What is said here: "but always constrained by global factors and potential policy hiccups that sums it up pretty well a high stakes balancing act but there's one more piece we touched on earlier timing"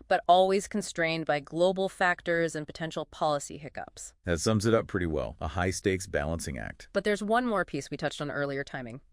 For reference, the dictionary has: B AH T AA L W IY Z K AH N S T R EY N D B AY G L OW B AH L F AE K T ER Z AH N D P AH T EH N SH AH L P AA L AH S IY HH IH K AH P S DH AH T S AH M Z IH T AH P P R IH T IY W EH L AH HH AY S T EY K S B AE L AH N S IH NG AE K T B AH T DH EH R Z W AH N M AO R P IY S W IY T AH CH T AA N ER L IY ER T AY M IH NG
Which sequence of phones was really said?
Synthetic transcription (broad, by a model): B AH T AA L W IY Z K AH N S T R EY N B AY G L OW B L F AE K T ER Z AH N P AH T EH N SH L P AA L AH S IY HH IH K AH P S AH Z S AH M Z IH T AH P P R IH T IY W EH L AH HH AY S T EY K S B AE L AH N S IH NG AE K T B AH T DH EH R Z W AH N M AO R P IY S W IY T AH CH T N ER L IY ER T AY M IH NG